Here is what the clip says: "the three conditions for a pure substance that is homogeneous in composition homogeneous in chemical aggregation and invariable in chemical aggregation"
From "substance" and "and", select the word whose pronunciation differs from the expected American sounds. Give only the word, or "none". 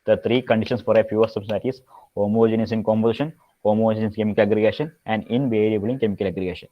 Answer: substance